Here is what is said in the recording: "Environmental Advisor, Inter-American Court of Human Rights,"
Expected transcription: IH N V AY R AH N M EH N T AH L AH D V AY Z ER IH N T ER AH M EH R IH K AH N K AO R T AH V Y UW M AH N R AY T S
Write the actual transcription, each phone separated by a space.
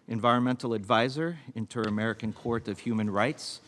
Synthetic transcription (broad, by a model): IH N V AY R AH N M EH N T L AH D V AY Z ER IH N T ER AH M EH R IH K AH N K AO R T AH V Y UW M AH N R AY T S